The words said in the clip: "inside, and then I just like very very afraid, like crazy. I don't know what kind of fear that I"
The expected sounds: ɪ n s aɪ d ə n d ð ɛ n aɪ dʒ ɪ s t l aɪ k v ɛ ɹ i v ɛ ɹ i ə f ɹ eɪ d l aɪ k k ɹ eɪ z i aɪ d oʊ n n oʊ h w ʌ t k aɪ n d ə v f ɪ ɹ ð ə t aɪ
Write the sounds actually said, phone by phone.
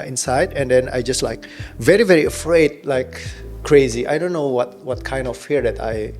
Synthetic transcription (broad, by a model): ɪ n s aɪ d ə n d ɛ n aɪ dʒ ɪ s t l aɪ k v ɛ ɹ i v ɛ ɹ i ə f ɹ eɪ d l aɪ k k ɹ eɪ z i aɪ d oʊ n n oʊ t w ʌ t k aɪ n d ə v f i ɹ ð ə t aɪ